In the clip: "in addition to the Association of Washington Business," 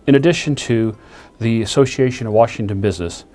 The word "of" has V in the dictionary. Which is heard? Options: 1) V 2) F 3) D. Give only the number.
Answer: 1